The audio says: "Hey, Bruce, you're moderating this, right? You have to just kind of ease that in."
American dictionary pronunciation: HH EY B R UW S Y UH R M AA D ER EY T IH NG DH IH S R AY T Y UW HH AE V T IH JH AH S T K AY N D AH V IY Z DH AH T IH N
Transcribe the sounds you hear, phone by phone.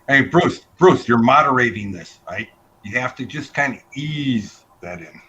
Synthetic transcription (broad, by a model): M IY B R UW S Y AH R M AA D ER EY T IH NG DH IH S R AY T Y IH HH AE F T IH JH AH S K AY N D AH IY Z DH AH T IH N